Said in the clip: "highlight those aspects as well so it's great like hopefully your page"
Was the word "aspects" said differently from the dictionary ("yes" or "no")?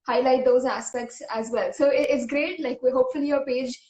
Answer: no